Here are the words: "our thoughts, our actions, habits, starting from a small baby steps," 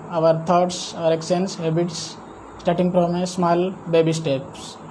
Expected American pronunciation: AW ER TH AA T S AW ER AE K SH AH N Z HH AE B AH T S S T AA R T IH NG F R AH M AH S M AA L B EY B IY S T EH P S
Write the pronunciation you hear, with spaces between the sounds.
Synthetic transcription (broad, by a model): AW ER T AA T S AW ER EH K S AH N S HH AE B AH T S S T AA R T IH NG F R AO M AH S M AA L B EY B IY S T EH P S